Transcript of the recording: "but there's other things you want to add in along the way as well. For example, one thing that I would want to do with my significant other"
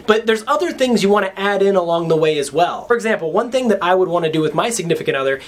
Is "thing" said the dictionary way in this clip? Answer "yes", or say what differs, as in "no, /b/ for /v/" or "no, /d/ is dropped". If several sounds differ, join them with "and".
yes